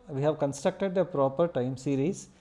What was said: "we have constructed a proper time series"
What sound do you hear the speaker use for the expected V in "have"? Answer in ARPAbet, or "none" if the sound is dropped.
V